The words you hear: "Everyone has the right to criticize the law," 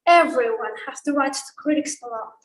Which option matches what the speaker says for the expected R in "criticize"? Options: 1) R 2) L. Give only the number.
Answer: 2